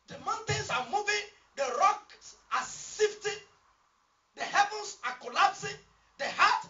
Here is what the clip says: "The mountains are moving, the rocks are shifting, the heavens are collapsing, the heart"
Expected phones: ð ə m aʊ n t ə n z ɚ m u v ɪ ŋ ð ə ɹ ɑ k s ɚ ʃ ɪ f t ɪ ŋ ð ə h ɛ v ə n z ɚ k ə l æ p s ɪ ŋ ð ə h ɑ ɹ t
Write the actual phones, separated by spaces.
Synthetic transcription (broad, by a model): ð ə m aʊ n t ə n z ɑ m u v ɪ ŋ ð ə ɹ ɑ k s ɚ s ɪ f t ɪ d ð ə h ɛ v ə n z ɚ k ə l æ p s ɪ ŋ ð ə h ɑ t